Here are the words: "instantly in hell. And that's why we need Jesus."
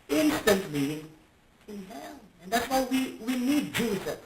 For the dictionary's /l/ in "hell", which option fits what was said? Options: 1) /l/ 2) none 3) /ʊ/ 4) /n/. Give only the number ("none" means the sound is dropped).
4